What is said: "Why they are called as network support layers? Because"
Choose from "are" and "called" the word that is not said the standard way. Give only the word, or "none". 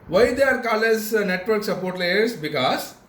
called